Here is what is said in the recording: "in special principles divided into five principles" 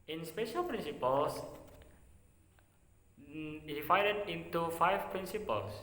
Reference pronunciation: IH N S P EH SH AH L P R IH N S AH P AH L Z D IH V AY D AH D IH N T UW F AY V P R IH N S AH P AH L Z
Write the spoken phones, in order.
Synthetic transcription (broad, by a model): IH N S P EH SH AH L P R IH N S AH P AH L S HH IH F AY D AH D IH N T UW F AY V P R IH N S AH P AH L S